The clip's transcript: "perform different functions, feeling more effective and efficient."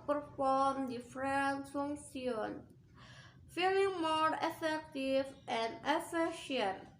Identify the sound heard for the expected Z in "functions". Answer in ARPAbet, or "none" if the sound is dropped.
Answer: none